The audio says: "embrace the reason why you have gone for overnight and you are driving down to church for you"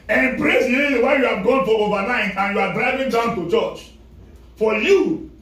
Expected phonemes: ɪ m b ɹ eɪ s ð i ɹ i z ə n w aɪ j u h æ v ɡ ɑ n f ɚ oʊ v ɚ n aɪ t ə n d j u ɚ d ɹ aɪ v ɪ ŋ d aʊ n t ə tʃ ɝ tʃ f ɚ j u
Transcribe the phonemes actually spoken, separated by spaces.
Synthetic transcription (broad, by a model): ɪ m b ɹ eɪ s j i l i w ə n j u h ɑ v ɡ ɑ n f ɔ oʊ v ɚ n aɪ t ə n j u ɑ d ɹ aɪ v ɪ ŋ d aʊ n t ə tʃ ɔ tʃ f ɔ j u